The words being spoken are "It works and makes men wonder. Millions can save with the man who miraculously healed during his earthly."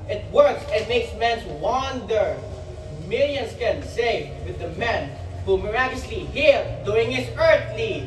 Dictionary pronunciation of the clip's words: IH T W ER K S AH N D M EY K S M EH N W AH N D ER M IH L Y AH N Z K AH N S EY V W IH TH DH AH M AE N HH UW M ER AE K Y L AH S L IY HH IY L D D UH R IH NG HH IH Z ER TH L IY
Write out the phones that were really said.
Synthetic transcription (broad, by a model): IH T W ER K S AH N M EY K S M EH N W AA N D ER M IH L Y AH N S K AH N S EY F W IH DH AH M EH N HH UW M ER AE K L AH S L IY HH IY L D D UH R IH NG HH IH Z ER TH L IY